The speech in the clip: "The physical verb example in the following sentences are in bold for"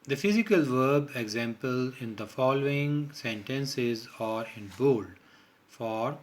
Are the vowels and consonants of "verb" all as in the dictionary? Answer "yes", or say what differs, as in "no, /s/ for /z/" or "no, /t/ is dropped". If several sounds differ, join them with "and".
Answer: yes